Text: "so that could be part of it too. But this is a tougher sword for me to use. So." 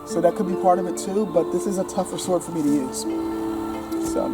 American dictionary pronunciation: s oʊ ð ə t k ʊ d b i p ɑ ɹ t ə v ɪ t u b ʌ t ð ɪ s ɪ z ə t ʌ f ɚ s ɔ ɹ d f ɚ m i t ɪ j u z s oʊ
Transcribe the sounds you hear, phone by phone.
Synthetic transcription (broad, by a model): s oʊ ð ə t k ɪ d b i p ɑ ɹ t ə v ɪ t u b ʌ t ð ɪ s ɪ z ə t ʌ f ɚ s ɔ ɹ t f ɚ m i t ɪ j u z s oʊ